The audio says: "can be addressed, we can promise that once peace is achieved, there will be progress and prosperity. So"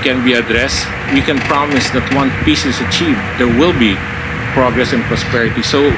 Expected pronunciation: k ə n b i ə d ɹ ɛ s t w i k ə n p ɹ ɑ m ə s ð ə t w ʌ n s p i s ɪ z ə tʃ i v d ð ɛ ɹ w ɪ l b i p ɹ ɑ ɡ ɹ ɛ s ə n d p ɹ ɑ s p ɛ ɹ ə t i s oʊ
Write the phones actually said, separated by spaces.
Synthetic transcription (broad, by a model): k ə n b i ə d ɹ ɛ s t w i k ə n p ɹ ɑ m ə s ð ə t w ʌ n p i s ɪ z ə tʃ i v d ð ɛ ɹ w ɪ l b i p ɹ ɑ ɡ ɹ ɛ s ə n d p ɹ ɑ s p ɛ ɹ ə t i s oʊ